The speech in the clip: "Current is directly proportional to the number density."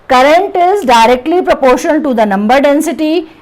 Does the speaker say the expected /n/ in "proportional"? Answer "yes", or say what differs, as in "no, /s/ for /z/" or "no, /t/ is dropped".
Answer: no, /n/ is dropped